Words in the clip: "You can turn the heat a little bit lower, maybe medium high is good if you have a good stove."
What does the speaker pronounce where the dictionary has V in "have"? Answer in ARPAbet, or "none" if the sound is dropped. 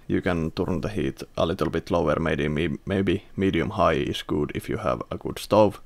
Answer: V